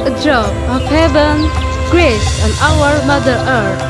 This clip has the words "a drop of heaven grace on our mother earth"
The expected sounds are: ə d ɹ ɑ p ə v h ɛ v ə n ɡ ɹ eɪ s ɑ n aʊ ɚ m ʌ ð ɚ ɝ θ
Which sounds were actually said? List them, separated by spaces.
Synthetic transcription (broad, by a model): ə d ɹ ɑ ə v h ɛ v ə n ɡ ɹ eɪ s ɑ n aʊ ɚ m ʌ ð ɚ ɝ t